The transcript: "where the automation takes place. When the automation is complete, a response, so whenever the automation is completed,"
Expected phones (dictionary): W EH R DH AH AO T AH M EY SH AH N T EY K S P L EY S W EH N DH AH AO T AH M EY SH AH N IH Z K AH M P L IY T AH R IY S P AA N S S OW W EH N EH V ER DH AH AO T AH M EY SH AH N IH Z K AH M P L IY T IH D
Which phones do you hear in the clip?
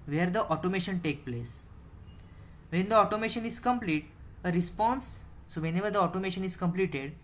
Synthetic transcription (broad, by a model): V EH R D AH AO T AH M EY SH AH N T EY K P L EY S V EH N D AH AO T AH M EY SH AH N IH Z K AH M P L IY T AH R IY S P AA N S S OW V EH N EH V ER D AH AO T AH M EY SH AH N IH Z K AH M P L IY T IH D